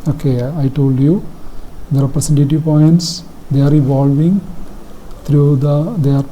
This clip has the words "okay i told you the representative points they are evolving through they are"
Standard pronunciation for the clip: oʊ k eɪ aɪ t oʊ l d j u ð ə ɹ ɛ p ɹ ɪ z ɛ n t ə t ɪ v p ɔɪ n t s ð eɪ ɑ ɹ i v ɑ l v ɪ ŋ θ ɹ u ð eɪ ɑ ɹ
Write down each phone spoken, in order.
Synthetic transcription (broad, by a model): oʊ k eɪ aɪ t oʊ l d j u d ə ɹ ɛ p ɹ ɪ s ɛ n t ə t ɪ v p ɔɪ n t s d eɪ ɑ ɹ i v ɑ l v ɪ ŋ t ɹ u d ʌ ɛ ɹ